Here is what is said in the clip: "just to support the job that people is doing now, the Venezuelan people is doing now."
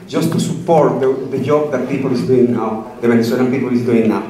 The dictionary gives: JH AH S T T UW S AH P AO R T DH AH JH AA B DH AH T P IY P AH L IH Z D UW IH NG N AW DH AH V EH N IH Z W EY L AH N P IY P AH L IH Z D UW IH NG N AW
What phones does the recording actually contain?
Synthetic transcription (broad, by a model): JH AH S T T UW S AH P AO R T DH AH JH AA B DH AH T P IY P AH L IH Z D UW IH NG N AW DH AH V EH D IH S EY N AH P IY P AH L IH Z D UW IH NG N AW